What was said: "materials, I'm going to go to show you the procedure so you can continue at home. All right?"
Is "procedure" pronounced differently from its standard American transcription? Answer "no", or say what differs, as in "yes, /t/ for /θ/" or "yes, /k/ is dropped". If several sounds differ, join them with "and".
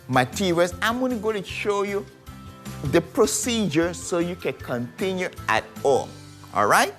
no